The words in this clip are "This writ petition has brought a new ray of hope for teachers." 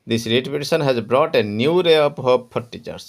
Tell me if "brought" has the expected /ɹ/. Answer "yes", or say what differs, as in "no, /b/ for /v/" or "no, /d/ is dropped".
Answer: yes